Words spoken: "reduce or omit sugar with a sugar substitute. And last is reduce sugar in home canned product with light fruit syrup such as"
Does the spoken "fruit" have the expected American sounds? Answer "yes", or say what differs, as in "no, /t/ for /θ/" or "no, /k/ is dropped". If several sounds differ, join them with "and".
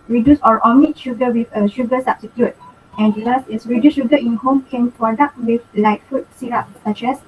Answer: no, /ɹ/ is dropped